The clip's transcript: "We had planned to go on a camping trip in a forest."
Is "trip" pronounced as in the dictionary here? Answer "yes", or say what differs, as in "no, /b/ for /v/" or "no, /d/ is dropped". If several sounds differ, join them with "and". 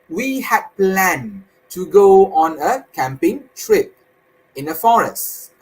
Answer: yes